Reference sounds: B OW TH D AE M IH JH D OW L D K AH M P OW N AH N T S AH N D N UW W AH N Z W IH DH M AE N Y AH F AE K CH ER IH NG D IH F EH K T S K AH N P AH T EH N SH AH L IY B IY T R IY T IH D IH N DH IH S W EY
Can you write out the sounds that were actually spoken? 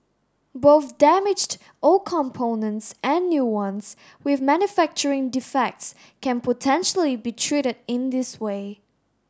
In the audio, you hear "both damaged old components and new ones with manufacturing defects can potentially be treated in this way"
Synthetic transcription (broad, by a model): B OW TH D AE M IH JH D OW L K AH M P OW N AH N T S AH N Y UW W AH N S W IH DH M AE N Y AH F AE K CH ER IH NG D IH F EH K T S K AH N P AH T EH N SH AH L IY B IY T R IY T IH D IH N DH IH S W EY